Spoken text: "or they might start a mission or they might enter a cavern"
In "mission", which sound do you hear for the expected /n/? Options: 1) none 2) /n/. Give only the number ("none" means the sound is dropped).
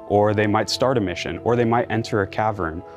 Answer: 2